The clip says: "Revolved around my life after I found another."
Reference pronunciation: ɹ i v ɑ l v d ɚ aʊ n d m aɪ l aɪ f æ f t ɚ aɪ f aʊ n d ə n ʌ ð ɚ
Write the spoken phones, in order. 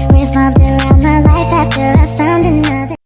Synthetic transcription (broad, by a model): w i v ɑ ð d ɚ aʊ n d m aɪ l aɪ f æ f t ɚ aɪ f aʊ n d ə n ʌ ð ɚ